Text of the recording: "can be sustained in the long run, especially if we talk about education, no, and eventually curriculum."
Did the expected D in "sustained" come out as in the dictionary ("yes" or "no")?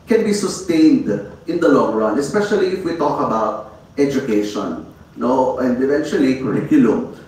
yes